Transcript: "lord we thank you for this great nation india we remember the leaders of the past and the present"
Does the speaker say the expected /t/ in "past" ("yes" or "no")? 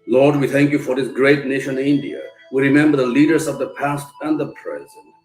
yes